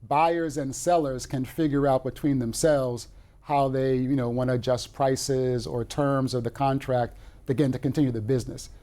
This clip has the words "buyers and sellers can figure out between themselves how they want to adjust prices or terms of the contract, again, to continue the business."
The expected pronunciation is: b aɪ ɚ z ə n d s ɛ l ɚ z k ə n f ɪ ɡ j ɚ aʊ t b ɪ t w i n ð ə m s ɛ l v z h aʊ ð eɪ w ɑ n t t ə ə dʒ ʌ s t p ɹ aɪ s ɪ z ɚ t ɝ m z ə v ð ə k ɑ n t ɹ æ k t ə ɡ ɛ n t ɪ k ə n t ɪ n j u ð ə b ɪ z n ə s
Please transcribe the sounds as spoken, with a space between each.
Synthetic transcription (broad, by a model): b aɪ ɚ z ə n s ɛ l ɚ z k ə n f ɪ ɡ j ɚ aʊ t b ɪ t w i n ð ə m s ɛ l v z h aʊ ð eɪ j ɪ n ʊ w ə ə dʒ ʌ s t p ɹ aɪ s ɪ z ɚ t ɝ m z ə v ð ə k ɑ n t ɹ æ k t ə ɡ ɛ n t ɪ k ə n t ɪ n j u ð ə b ɪ z n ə s